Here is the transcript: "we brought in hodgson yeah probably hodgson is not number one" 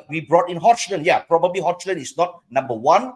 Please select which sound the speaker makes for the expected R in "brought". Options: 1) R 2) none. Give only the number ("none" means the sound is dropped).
1